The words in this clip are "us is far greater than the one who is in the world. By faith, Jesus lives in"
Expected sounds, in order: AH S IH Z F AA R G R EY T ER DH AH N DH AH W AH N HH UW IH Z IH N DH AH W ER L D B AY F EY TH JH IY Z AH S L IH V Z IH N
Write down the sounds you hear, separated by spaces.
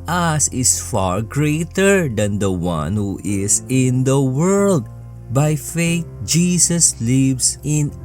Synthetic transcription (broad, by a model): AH S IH S F AA R G R EY T ER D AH N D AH W AH N HH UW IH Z IH N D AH W ER L D B AY F EY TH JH IY S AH S L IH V S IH N